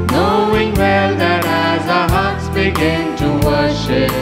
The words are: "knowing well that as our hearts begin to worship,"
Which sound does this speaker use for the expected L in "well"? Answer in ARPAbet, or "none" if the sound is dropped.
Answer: L